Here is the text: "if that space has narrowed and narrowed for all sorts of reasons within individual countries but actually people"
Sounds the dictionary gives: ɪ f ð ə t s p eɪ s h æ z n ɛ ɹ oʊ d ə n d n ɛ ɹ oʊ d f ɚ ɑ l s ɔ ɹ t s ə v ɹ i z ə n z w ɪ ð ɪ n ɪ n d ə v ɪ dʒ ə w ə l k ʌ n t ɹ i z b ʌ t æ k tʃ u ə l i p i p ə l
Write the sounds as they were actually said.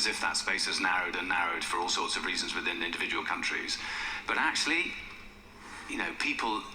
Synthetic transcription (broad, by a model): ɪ f ð ə t s p eɪ s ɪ z n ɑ ɹ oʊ d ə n n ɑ ɹ oʊ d f ɚ ɑ l s ɔ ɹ t s ə v ɹ i z ə n z w ɪ ð ɪ n ɪ n d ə v ɪ dʒ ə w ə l k ʌ n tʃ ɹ i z b ʌ t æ k tʃ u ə n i p i p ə l